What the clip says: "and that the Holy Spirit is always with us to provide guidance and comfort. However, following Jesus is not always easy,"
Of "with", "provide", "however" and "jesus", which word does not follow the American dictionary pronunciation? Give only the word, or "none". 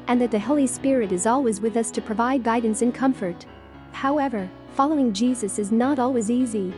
none